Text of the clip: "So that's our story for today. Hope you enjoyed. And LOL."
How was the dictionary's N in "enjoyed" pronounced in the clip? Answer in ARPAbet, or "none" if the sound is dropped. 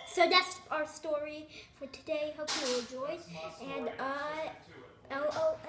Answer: L